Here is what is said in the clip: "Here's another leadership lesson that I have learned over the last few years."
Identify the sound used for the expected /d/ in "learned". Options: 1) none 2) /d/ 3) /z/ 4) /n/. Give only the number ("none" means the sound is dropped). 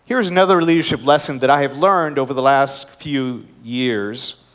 2